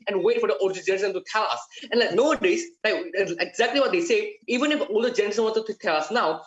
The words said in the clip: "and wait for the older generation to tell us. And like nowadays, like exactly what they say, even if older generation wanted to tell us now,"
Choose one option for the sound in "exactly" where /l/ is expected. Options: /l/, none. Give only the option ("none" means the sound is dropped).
/l/